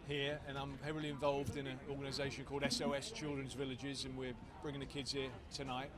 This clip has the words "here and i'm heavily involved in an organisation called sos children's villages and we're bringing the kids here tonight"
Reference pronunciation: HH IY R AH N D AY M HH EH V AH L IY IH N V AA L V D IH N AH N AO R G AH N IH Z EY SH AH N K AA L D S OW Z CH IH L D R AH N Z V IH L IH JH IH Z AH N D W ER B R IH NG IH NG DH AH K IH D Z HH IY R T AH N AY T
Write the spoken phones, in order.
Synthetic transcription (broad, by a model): HH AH R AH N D AY M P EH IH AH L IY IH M V AA L V D IH N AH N AO G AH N IH Z EY SH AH N K AA L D S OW S CH IH L D R AH N Z V IH L IH JH IH Z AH N W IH B R IH NG IH NG DH AH K IH D Z HH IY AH T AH N AY T